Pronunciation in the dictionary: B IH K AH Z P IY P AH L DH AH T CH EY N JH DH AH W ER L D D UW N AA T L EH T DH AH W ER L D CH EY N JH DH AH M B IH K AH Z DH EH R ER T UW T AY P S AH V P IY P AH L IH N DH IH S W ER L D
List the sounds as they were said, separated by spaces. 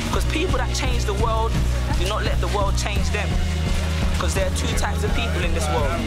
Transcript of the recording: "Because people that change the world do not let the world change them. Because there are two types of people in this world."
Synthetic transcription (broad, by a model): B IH K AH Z P IY P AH L DH AH T CH EY N JH DH AH W ER L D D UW N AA T L EH T DH AH W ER L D CH EY N JH DH AH M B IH K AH Z DH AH R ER T UW T AY P S AH V P IY P AH L IH N DH IH S W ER L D